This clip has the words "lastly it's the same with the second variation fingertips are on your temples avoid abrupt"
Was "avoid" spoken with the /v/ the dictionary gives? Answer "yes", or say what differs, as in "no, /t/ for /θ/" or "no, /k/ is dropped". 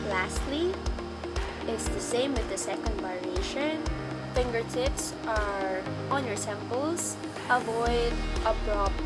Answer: yes